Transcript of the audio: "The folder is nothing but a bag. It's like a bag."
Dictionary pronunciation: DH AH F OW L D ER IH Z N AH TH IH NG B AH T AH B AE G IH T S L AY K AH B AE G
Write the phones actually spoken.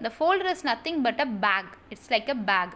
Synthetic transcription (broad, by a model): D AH F OW L D ER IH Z N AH T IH NG B AH T AH B AE G IH T S L AY K AH B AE G